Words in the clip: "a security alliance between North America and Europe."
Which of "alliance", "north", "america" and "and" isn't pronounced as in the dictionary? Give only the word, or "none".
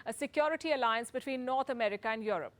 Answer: north